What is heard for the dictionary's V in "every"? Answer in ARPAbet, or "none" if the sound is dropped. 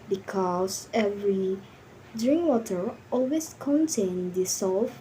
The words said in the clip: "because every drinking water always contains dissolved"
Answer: V